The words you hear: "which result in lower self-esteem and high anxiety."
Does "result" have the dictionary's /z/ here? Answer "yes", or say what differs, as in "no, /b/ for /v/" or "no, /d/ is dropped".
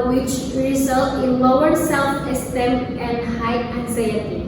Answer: yes